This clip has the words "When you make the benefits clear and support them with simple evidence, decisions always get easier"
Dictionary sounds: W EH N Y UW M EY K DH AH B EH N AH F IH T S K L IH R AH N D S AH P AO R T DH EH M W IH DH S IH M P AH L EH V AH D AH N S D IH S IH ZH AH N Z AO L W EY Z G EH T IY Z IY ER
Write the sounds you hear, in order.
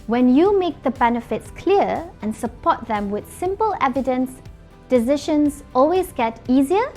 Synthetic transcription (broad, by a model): W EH N Y UW M EY K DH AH B EH N AH F IH T S K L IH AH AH N S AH P AO T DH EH M W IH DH S IH M P AH L EH V AH D AH N S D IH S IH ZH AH N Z AO L W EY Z G EH T IY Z IY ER